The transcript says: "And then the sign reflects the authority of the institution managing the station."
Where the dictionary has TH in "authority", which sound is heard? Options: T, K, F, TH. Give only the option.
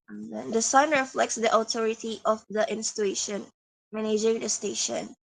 T